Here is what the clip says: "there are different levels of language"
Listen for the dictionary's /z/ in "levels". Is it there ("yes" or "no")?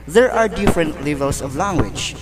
no